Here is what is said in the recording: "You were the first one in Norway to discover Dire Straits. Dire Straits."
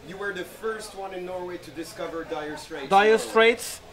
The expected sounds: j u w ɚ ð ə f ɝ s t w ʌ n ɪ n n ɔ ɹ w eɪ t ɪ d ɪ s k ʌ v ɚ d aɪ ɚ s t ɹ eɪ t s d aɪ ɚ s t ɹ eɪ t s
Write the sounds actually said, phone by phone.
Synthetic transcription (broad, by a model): j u w ɚ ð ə f ɝ s t w ʌ n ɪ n n ɔ ɹ w eɪ t ɪ d ɪ s k ʌ v ɚ d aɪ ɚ s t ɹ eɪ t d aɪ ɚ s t ɹ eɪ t s